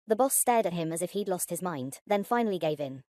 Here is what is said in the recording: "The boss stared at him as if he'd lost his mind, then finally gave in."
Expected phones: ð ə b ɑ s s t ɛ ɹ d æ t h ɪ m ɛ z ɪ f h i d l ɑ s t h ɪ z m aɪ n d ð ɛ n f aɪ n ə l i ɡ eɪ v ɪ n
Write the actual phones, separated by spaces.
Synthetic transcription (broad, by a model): ð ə b ɑ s s t ɛ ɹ d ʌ t h ɪ m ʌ z ɪ f h i d l ɑ s t h ɪ z m aɪ n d ð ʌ n f aɪ n ə l i ɡ eɪ v ɪ n